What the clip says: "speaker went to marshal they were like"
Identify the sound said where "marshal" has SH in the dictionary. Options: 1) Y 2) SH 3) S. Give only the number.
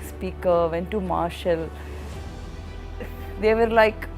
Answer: 2